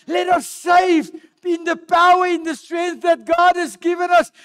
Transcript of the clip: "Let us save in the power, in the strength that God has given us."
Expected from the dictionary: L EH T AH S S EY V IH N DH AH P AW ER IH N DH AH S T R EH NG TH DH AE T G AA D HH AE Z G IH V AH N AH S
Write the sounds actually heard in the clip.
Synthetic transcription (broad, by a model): L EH T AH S S EY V IH N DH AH P AW ER IH N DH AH S T R EH NG TH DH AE T G AA D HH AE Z G IH V AH N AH S